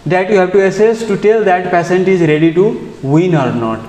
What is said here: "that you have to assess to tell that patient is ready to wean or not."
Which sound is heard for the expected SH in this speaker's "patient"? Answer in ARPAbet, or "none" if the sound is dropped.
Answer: S